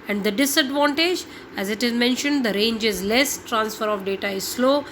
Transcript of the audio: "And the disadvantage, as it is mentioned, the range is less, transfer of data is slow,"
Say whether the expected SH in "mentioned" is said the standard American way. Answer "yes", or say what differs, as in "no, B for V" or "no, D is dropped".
yes